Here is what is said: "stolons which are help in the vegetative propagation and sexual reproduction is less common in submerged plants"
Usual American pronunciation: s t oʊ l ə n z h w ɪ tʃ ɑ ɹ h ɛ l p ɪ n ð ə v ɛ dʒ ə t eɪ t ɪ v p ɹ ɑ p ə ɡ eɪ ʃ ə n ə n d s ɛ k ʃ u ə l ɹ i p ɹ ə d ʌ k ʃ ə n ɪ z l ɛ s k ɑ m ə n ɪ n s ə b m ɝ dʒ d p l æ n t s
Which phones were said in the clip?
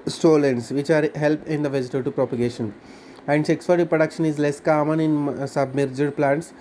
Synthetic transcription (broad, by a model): s t oʊ l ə n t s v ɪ tʃ ɑ ɹ h ɛ l p ɪ n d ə v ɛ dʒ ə t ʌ t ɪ p ɹ ɑ p ə ɡ eɪ ʃ ə n ə n d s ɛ k s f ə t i p ɹ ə d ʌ k ʃ ə n ɪ z l ɛ s k ɑ m ə n ɪ n s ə b m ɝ dʒ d p l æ n t s